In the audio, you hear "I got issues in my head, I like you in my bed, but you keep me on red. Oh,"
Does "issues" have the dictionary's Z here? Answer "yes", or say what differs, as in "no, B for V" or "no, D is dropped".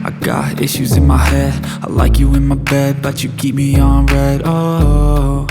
yes